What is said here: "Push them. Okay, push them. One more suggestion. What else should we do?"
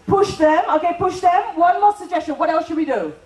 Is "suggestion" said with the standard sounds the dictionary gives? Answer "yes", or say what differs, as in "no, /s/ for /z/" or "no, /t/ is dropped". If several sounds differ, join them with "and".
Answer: yes